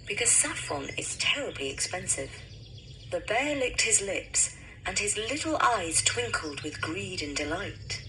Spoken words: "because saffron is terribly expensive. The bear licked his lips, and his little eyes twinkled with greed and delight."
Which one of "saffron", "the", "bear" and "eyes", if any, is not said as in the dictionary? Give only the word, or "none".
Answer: saffron